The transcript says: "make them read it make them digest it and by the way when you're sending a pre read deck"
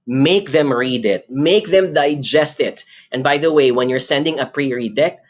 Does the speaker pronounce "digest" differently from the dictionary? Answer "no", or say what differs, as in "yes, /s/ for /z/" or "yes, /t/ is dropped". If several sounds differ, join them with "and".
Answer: no